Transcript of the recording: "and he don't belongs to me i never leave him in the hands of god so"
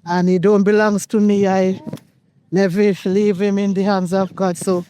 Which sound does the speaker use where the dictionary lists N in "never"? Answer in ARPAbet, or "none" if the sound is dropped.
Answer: L